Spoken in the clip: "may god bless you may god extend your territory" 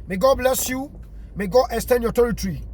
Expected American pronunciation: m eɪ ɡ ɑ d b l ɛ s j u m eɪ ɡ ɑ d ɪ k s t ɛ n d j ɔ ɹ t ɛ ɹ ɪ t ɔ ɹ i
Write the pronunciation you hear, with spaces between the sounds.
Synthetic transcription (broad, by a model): m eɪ ɡ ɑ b l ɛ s j u m eɪ ɡ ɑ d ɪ s t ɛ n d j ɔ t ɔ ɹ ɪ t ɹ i